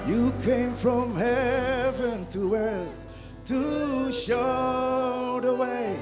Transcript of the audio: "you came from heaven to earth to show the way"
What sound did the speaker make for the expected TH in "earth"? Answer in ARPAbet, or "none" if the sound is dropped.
TH